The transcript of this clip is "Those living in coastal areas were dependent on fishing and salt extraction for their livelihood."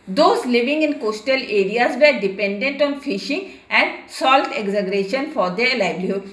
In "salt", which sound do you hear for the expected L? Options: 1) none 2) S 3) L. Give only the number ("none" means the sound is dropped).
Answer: 3